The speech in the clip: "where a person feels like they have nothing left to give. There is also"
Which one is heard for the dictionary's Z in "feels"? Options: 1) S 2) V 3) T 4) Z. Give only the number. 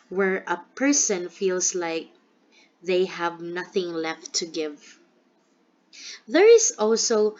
1